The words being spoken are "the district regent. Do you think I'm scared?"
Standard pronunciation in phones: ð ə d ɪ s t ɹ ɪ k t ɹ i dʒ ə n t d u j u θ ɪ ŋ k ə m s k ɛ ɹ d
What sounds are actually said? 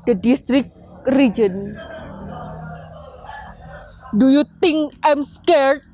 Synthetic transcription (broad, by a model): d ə d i s t ɹ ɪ k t ɹ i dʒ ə n d u j u t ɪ ŋ ə m s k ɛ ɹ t